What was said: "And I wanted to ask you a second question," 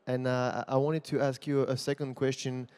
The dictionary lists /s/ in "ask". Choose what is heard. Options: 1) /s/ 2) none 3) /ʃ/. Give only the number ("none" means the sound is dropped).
1